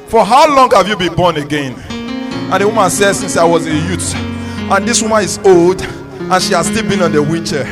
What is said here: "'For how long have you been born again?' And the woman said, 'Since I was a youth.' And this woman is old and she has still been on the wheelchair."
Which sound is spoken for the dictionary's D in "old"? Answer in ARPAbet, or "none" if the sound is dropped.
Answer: D